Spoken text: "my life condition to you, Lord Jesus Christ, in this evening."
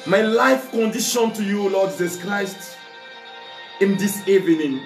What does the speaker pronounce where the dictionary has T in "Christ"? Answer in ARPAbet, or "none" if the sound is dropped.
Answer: T